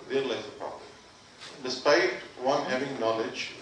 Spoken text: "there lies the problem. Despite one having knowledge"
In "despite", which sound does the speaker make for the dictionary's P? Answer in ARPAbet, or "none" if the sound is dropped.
P